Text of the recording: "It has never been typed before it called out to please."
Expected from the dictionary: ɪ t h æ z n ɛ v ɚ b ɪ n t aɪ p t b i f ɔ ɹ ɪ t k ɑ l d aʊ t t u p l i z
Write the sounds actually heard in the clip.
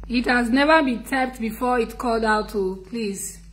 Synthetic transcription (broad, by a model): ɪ t h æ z n ɛ v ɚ b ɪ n t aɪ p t b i f ɔ ɪ t k ɑ l d aʊ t t u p l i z